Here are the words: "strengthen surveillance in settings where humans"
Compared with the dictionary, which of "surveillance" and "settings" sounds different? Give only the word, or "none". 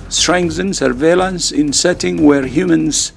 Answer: settings